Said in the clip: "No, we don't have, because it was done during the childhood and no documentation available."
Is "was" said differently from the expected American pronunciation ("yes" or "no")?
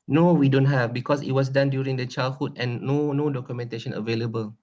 yes